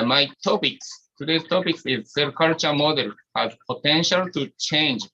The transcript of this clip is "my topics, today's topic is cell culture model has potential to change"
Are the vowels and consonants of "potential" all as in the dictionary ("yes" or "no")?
yes